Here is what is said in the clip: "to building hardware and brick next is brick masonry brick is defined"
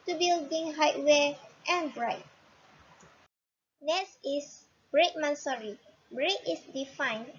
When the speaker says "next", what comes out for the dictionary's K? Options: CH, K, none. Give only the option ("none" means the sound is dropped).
none